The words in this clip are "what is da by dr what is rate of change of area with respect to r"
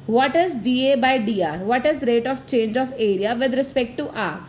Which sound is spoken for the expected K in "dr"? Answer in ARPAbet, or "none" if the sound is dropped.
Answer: none